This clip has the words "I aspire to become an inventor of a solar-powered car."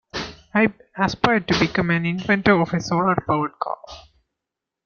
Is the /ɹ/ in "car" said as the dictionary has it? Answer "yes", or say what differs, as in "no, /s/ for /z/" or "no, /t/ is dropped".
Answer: no, /l/ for /ɹ/